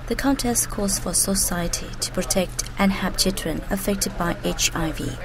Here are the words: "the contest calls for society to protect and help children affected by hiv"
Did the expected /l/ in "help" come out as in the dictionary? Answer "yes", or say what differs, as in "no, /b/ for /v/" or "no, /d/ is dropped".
no, /l/ is dropped